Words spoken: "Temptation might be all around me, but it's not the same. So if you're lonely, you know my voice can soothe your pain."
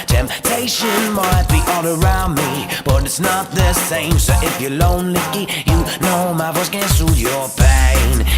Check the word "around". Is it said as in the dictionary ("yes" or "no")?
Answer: yes